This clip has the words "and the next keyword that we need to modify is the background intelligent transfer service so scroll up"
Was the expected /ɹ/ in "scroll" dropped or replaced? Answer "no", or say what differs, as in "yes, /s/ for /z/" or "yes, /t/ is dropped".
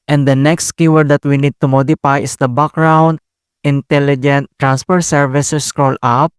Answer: no